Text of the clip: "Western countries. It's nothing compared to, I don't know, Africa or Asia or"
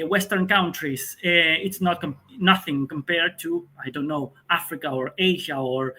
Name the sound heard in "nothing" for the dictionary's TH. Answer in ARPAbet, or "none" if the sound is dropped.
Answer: TH